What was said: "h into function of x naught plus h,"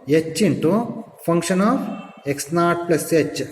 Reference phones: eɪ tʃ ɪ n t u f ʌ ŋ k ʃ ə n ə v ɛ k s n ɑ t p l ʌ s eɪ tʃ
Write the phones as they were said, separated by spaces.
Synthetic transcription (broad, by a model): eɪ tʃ ɪ n t u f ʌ ŋ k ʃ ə n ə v ɛ k s n ɑ t p l ʌ s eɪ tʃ